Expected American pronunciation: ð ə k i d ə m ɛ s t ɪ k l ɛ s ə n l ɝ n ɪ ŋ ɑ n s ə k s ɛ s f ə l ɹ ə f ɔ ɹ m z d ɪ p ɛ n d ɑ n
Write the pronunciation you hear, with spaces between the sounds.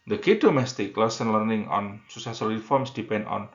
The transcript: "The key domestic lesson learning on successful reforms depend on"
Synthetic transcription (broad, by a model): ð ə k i d ə m ɛ s t ɪ k l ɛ s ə n l ɝ n ɪ ŋ ɑ n s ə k s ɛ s ə l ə f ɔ ɹ m s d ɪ p ɛ n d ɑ n